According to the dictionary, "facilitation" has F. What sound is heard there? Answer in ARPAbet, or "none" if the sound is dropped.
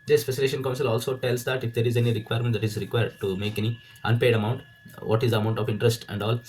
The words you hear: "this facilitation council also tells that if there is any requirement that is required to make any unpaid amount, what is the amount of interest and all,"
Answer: P